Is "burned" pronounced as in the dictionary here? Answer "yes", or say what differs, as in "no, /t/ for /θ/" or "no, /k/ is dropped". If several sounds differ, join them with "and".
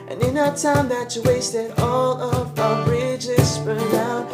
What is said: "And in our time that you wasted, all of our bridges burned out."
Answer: no, /d/ is dropped